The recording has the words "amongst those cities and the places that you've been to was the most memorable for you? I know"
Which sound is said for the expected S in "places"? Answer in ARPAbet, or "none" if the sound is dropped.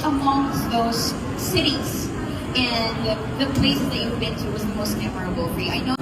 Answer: none